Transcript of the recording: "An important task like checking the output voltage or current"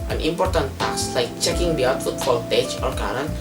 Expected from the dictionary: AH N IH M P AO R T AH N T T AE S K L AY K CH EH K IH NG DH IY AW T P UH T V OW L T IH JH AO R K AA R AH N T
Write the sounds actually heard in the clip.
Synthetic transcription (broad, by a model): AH N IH M P AO R T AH N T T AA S L AY K CH EH K IH NG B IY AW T F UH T F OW L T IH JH AO R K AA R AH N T